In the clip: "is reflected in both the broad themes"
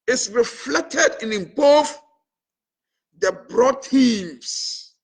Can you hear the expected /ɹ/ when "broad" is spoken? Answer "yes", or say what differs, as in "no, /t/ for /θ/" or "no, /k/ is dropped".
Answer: yes